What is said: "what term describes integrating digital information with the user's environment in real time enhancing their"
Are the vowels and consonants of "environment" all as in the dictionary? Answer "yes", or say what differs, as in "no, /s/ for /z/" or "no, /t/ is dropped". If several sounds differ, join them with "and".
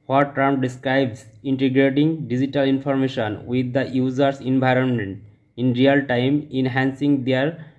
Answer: yes